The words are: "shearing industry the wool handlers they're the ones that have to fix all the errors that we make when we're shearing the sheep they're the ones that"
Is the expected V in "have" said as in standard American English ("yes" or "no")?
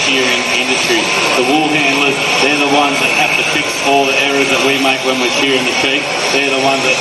no